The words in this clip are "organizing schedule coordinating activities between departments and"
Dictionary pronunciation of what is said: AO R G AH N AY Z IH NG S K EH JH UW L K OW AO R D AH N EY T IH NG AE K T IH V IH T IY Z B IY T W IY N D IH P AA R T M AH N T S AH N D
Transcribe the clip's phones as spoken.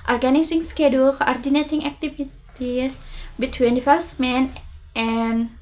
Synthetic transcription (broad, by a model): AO R G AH N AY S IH NG S K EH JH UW L K OW AO R D AH N EY T IH NG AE K T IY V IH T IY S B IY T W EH N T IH F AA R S M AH N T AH N